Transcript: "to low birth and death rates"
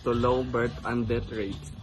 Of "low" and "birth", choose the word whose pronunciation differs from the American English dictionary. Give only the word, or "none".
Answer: birth